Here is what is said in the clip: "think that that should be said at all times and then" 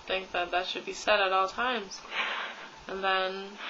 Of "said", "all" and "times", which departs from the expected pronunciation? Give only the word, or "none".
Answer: none